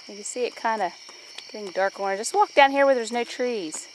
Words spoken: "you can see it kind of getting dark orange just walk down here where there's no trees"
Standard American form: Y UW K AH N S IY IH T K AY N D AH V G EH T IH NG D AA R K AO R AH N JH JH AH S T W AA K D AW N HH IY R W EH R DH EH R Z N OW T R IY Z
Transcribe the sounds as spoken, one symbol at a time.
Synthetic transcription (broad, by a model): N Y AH S IY IH T K AY N D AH G EH T IH NG D AA R K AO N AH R JH AH S T W AA K D AW N HH IY R W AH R DH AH R Z N OW T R IY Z